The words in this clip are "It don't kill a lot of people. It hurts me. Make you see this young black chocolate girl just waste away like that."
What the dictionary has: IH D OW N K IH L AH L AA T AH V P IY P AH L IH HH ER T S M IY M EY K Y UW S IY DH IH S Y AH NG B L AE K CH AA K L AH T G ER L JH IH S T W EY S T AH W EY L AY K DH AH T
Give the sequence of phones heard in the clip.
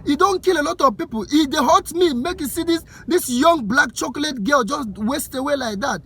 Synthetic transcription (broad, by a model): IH D OW N K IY L AH L AA T AH V P IY P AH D IH HH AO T M IY M EY K Y UW S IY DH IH S Y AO NG B L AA K CH AA K L AH T G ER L JH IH S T W EY S T AH W EY L AY K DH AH T